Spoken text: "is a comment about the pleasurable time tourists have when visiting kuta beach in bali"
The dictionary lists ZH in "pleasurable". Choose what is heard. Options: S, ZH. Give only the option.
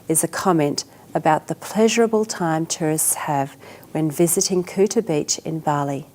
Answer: ZH